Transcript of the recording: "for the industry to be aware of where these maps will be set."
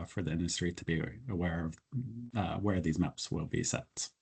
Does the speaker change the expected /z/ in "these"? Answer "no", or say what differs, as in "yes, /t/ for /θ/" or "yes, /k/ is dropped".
no